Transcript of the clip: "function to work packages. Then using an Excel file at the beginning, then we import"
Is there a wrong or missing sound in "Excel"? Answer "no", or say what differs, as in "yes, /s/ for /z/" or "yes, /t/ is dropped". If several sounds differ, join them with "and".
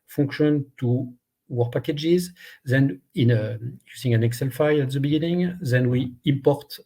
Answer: no